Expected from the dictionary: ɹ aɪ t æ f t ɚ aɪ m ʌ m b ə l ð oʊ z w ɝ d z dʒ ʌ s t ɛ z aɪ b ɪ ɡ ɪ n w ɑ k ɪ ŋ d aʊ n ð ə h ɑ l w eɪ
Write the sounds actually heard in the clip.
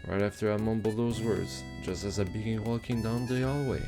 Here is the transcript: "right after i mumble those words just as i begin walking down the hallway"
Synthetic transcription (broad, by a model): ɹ aɪ t æ f t ɚ aɪ m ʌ m b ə l ð oʊ z w ɝ d z dʒ ʌ s t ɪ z aɪ b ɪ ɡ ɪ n w ɑ k ɪ ŋ d aʊ n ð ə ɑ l w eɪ